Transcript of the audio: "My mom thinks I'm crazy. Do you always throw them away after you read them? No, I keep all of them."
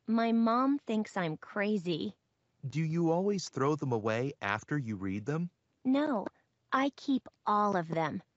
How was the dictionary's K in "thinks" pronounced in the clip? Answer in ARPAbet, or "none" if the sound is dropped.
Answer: K